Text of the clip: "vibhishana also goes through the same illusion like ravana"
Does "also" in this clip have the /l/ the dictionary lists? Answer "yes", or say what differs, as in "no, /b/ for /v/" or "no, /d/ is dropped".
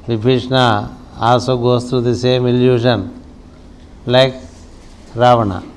no, /l/ is dropped